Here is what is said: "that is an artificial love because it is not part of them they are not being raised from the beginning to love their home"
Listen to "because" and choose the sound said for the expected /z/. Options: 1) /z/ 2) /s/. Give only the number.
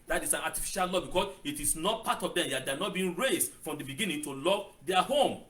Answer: 2